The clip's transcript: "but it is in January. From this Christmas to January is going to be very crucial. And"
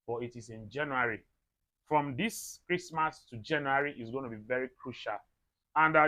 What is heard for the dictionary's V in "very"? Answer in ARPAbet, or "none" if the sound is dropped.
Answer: V